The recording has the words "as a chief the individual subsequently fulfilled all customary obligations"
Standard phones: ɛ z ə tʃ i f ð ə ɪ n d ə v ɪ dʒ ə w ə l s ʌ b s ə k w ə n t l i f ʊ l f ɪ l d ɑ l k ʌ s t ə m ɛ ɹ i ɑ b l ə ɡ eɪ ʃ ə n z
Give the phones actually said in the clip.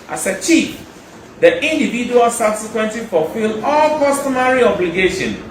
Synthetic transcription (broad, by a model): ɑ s ə tʃ i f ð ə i n d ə v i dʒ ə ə l s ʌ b s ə k w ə n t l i f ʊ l f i l ɑ l k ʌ s t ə m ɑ ɹ i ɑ b l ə ɡ eɪ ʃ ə n